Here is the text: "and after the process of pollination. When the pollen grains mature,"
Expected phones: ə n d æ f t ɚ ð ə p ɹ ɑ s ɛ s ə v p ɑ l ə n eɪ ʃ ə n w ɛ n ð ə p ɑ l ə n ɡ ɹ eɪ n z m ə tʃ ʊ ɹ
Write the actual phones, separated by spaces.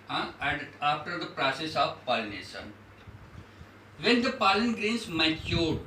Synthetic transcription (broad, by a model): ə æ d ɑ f t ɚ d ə p ɹ ɑ s ɛ s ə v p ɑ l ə n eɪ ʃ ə n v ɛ n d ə p ɑ l ə n ɡ ɹ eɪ n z m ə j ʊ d